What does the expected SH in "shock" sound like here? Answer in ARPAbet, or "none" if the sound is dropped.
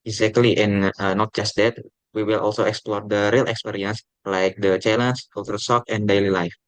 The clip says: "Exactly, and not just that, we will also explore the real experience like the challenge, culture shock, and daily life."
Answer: S